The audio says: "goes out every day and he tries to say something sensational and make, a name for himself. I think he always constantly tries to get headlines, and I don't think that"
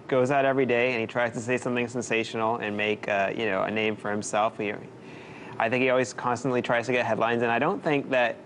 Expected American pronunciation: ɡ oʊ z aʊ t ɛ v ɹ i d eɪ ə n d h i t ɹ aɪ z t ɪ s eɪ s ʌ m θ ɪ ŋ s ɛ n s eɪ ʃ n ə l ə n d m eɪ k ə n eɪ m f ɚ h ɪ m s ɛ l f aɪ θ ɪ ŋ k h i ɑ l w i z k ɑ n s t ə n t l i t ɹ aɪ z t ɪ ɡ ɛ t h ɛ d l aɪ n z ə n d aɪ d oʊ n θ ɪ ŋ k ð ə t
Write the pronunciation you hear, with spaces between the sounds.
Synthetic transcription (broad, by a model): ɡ oʊ z aʊ t ɛ v ɹ i d eɪ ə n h i t ɹ aɪ z t ɪ s eɪ s ʌ m θ ɪ ŋ s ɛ n s eɪ ʃ n l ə n m eɪ k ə n eɪ m f ɚ h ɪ m s ɛ l f aɪ θ ɪ ŋ k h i ɑ l w i z k ɑ n s t ə n t l i t ɹ aɪ z t ɪ ɡ ɛ t h ɛ d l aɪ n z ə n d aɪ d oʊ n θ ɪ ŋ k ð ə t